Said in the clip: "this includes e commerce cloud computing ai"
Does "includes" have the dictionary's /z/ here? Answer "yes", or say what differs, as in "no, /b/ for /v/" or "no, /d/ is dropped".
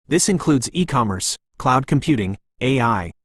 yes